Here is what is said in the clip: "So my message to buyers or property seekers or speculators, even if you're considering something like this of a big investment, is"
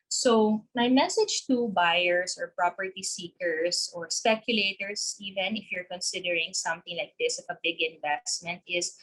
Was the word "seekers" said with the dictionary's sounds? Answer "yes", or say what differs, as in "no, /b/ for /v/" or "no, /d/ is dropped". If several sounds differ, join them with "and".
no, /s/ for /z/